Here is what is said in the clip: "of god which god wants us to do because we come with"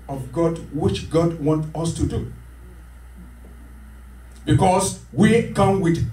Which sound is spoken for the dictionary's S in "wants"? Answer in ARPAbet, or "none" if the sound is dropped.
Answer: none